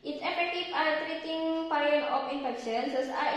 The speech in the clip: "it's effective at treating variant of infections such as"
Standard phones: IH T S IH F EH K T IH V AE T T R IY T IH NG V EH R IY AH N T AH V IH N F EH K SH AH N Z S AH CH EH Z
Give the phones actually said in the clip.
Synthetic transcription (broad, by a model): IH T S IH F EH K T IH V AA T T R IY T IH NG P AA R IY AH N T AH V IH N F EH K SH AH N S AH S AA